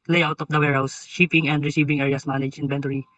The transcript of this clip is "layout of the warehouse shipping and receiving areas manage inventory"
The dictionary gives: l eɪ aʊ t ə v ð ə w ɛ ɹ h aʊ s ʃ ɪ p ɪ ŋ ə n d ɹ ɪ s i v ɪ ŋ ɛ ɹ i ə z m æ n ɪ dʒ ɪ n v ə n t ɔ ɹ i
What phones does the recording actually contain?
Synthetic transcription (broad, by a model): l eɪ aʊ t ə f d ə w ɛ ɹ h aʊ s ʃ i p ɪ ŋ ə n d ɹ ɪ s i v ɪ ŋ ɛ ɹ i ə s m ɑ n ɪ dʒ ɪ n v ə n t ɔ ɹ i